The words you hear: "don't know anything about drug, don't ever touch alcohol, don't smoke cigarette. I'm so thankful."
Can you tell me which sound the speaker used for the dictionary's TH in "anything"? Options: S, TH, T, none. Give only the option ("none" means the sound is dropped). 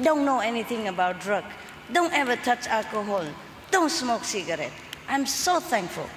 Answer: T